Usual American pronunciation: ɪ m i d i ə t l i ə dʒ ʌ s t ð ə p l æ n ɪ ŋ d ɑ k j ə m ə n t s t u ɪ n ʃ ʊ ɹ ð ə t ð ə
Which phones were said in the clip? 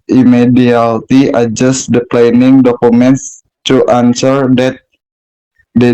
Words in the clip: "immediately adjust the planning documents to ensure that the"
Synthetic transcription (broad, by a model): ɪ m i d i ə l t i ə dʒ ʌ s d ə p l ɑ n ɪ ŋ d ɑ k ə m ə n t s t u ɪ n s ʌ ɹ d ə t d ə